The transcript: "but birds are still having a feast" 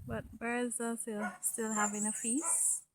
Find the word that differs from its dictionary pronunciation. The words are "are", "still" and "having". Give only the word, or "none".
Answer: are